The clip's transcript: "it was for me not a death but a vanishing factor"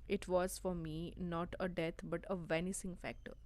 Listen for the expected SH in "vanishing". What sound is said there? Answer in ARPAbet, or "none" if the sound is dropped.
S